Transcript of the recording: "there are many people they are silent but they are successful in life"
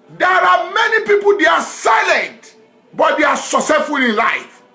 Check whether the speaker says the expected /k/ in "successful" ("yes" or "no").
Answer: no